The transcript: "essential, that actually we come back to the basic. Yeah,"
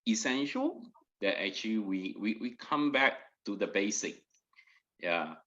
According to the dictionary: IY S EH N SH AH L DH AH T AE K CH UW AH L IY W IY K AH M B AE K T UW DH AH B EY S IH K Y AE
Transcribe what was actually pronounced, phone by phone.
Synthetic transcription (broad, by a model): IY S EH N SH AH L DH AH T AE K CH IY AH W IY W IY K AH M B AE K T UW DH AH B EY S IH K Y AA